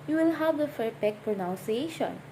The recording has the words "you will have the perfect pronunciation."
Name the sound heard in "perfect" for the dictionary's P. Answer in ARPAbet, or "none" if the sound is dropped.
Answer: F